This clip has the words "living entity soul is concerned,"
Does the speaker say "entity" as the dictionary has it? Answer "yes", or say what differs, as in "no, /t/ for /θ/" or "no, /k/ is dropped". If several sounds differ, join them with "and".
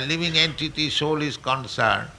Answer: yes